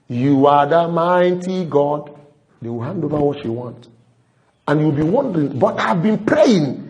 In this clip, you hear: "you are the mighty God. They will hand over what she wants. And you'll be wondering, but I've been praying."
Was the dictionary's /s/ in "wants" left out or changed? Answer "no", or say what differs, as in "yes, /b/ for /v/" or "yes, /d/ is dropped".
yes, /s/ is dropped